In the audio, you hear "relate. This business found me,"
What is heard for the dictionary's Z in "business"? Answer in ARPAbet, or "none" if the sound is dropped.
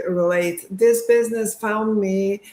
Z